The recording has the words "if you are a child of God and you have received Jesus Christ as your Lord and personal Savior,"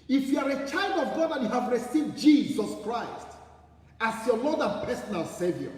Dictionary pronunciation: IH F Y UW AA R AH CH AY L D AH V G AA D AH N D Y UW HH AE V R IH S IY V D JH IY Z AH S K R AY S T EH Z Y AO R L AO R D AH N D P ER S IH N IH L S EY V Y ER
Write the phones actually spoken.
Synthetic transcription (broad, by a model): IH F Y UW AA R AH CH AY L D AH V G AA D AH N Y UW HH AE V R IH S IY V D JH IY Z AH S K R AY S T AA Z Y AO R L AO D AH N P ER S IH N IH L S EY V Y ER